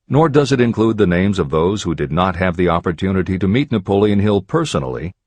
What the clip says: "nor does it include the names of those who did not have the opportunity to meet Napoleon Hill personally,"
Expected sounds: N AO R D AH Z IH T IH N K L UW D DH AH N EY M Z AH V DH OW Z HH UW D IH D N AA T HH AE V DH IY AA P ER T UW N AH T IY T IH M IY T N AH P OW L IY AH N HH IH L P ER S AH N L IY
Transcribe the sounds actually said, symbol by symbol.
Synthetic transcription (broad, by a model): N AO R D AH Z IH T IH N K L UW D DH AH N EY M Z AH V DH OW Z HH UW D IH D N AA T HH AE V DH IY AA P ER T UW N AH T IY T IH M IY T N AH P OW L IY AH N HH IH L P ER S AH N L IY